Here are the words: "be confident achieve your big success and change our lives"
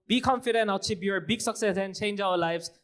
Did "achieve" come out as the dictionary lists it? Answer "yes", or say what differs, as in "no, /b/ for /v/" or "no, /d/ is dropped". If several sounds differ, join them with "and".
no, /b/ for /v/